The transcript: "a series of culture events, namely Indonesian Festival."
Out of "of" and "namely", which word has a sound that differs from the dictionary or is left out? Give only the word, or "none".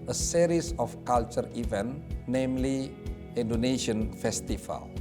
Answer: of